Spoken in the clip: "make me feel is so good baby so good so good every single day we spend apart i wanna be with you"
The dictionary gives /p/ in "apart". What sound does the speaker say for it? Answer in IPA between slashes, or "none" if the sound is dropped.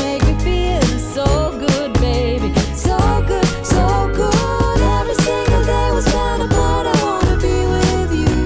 /b/